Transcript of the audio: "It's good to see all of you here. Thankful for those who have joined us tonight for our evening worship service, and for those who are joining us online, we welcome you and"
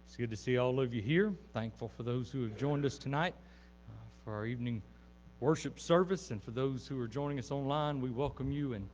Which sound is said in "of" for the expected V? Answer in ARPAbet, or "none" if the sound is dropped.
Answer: V